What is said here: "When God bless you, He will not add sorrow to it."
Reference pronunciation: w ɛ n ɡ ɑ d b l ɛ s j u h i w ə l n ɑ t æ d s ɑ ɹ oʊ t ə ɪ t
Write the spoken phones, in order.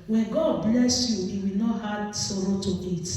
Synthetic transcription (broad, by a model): w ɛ n ɡ ɑ d b l ɛ s j u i w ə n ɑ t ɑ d s ɑ ɹ oʊ t ə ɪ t